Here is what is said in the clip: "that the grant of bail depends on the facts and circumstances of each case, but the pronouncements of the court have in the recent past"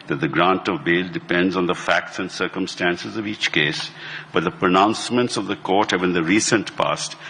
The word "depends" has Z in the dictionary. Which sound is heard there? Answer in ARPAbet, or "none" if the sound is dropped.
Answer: Z